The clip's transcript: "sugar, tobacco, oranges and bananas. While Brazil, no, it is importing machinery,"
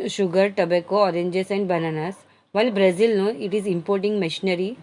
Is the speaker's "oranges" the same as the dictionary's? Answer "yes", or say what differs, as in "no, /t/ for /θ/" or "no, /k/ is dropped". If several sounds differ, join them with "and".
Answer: no, /s/ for /z/